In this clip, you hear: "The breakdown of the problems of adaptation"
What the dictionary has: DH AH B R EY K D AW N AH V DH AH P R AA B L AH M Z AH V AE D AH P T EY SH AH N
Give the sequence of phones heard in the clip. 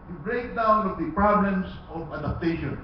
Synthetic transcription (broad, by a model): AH B R EY K D AW N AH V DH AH P R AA B L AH M S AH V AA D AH P T EY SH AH N